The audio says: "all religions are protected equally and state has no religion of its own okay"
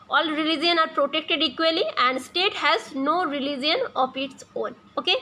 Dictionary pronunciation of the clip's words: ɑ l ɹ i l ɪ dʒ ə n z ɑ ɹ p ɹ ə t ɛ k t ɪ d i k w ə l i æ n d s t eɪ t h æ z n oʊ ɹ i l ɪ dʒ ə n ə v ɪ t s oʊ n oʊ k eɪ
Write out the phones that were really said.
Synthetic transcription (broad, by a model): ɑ l ɹ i l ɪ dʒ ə n ɑ ɹ p ɹ ə t ɛ k t ɪ d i k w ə l i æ n d s t eɪ t h æ z n oʊ ɹ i l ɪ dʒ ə n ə p ɪ t s oʊ n oʊ k eɪ